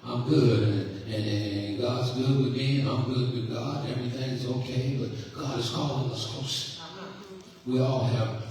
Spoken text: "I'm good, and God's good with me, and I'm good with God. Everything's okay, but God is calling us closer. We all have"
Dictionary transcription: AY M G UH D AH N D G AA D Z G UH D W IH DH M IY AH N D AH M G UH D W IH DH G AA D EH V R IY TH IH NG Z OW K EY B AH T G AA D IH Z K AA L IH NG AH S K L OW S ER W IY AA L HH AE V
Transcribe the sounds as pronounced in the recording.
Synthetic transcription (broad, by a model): AY M G UH D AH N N G AA D Z G UH D W IH DH M IY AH AH M G UH D W IH DH G AA D EH V R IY TH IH NG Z OW K EY B AH T G AA D IH Z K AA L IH AH S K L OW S W IY AA L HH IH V